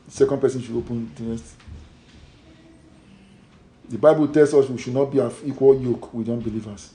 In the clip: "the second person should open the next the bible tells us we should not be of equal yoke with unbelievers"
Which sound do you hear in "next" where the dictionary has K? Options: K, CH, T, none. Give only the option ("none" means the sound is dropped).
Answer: none